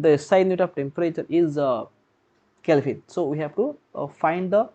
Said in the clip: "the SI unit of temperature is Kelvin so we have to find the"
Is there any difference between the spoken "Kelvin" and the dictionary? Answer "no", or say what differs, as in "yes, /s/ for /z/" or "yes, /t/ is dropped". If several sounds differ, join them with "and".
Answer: yes, /f/ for /v/